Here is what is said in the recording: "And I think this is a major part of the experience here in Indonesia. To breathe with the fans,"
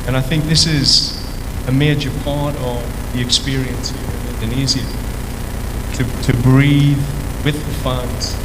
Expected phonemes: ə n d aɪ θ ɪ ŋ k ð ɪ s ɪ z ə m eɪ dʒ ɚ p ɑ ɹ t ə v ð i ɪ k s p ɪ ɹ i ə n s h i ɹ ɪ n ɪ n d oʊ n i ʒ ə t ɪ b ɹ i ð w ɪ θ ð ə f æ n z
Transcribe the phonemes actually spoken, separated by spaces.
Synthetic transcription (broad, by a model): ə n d aɪ θ ɪ ŋ k ð ɪ s ɪ z ə m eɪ dʒ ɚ p ɑ ɹ t ə v ð i ɪ k s p ɪ ɹ i ə n s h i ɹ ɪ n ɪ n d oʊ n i z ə t ɪ b ɹ i ð w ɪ ð ə f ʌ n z